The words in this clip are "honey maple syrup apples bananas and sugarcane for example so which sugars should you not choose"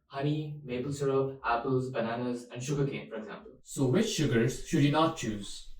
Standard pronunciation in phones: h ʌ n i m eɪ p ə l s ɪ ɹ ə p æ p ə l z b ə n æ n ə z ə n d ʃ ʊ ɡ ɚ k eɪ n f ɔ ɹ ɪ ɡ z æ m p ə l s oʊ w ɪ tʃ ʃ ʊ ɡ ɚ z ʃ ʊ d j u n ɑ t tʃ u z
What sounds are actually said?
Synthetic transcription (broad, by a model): h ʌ n i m eɪ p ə l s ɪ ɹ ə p æ p ə l z b ə n æ n ə z ə n d ʃ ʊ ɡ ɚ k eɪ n f ɔ ɹ ɪ ɡ z æ m p ə l s oʊ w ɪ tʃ ʃ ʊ ɡ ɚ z ʃ ʊ d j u n ɑ t tʃ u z